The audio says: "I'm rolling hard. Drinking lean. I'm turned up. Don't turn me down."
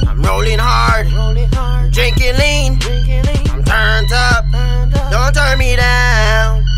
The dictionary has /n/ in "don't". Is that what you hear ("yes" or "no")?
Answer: yes